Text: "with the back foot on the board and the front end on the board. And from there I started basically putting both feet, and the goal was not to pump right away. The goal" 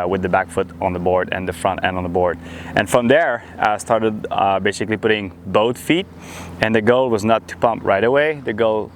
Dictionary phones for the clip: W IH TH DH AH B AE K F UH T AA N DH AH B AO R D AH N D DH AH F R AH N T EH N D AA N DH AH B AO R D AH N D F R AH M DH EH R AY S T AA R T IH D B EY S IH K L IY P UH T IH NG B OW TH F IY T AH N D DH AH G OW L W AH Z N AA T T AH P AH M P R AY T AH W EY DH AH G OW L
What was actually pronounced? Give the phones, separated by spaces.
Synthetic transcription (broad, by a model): W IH DH AH B AE K F UH T N DH AH B AO R D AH N DH AH F R AH N T EH N D N DH AH B AO R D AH N F R AH M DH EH R AY S T AA R T IH D B EY S IH K L IY P UH T IH NG B OW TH F IY T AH N DH AH G OW L W AH Z N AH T T AH P AH M P R AY T AH W EY DH AH G OW L